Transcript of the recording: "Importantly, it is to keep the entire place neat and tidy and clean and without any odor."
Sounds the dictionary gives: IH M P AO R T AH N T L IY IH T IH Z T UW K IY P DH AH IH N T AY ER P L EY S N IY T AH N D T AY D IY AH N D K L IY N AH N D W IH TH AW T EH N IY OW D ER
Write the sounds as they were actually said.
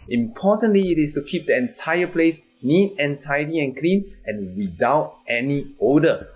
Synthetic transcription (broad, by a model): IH M P AO T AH N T L IY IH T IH S T UW K IY P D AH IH N T AY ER P L EY S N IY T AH N T AY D IY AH N K L IY N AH N W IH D AW T EH N IY OW D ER